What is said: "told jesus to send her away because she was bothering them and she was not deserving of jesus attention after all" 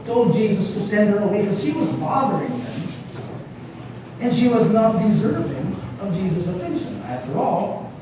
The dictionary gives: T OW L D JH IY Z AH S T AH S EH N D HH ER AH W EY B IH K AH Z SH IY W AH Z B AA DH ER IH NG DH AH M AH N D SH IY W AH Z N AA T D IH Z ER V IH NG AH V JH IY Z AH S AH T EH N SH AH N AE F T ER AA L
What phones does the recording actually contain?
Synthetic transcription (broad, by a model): T OW L D JH IY Z AH S T AH S EH N D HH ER AH W EY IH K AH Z SH IY W AH Z B AA DH ER IH NG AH M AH N SH IY W AH Z N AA T D IH Z ER V IH NG AH V JH IY Z AH S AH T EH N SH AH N AE F T ER AA L